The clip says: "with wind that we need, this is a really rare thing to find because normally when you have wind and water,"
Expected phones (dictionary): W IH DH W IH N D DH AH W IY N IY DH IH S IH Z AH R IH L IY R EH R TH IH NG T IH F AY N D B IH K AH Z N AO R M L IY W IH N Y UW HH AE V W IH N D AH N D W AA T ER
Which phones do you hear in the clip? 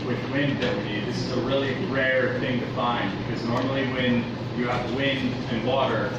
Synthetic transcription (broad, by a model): W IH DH W IH N D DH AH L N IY DH IH S IH Z AH R IH L IY R EH R TH IH NG T IH F AY N D B IH K AH Z N AO R M L IY W IH N Y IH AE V W IH N D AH N W AA T ER